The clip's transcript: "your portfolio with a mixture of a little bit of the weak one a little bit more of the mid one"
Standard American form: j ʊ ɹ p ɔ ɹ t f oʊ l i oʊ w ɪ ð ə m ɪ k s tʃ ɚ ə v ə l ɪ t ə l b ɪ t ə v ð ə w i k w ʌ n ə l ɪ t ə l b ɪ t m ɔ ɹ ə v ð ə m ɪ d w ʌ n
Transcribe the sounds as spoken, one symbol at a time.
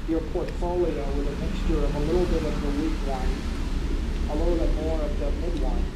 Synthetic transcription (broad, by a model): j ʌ ɹ p ɔ ɹ t f oʊ l i oʊ w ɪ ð ə m ɪ k s tʃ ɚ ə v ə l ɪ t l b ɪ t ə v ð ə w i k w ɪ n ə l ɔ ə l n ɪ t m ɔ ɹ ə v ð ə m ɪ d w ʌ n